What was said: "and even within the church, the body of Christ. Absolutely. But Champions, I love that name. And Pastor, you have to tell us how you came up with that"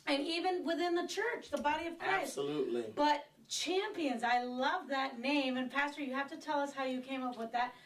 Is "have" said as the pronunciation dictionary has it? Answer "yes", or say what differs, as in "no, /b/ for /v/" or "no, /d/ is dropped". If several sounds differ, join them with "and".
no, /f/ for /v/